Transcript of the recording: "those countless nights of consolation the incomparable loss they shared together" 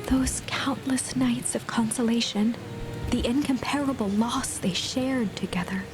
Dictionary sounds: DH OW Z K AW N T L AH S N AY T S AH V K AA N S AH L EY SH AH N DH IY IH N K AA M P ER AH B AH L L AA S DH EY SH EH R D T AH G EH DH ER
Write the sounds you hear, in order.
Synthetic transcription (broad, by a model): DH OW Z K AW N T L AH S N AY T S AH V K AA N S AH L EY SH AH N DH IY IH N K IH M P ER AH B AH L L AA S DH EY SH EH R D T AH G EH DH ER